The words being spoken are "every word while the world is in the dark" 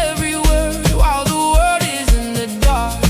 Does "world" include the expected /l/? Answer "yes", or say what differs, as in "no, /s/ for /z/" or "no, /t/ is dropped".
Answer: no, /l/ is dropped